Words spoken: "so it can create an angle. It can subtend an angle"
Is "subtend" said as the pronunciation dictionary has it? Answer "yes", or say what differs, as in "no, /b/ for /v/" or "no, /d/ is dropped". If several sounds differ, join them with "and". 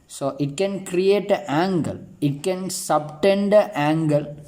yes